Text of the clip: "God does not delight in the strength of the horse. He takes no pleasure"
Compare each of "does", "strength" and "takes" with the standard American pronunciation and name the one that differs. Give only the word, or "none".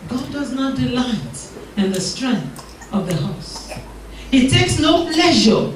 none